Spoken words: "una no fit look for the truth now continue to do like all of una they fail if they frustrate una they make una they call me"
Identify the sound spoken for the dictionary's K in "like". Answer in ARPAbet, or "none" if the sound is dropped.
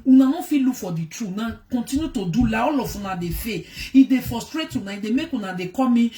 none